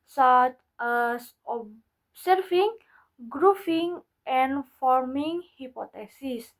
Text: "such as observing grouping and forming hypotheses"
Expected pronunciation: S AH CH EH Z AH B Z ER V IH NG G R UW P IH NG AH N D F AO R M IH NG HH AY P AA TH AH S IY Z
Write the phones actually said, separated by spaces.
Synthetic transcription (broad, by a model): S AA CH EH S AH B S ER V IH NG G R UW F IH NG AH N F AO R M IH NG HH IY P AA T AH S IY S